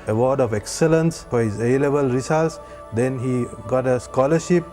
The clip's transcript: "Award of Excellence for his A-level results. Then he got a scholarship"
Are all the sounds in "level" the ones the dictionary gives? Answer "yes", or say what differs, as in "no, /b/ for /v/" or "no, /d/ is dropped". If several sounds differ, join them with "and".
no, /b/ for /v/